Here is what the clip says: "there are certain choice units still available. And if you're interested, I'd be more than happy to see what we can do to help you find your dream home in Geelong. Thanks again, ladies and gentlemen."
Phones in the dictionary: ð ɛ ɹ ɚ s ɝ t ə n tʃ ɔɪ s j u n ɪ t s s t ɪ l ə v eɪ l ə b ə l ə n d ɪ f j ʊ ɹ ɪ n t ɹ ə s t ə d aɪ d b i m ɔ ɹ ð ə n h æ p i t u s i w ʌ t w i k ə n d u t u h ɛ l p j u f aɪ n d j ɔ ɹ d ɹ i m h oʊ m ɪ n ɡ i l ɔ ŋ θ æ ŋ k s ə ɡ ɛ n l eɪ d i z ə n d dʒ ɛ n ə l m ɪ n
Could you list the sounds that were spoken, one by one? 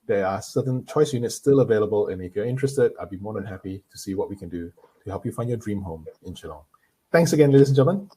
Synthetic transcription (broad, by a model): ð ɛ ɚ s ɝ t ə n tʃ ɔɪ s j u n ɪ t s s t ɪ l ə v eɪ l ə b ə l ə n ɪ f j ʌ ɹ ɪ n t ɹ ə s t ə d aɪ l b i m ɔ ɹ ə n h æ p i t u s i w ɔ t w i k ə n d u t u h ɛ l p j u f aɪ n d j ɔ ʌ d ɹ i m h oʊ m ɪ n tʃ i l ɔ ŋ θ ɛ ŋ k s ə ɡ ɛ n l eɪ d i s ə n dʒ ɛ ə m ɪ n